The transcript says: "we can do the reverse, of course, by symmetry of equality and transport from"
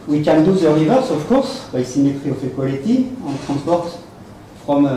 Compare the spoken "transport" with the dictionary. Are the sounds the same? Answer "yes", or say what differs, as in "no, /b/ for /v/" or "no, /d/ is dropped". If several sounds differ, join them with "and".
no, /n/ is dropped